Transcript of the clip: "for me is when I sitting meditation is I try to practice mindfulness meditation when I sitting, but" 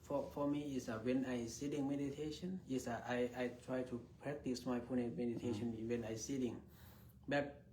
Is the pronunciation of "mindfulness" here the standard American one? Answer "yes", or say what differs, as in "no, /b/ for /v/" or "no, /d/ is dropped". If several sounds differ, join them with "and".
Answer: no, /l/ is dropped